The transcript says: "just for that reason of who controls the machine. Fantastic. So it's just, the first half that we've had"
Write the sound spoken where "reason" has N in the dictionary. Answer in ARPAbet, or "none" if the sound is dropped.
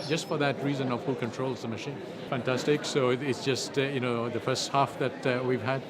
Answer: N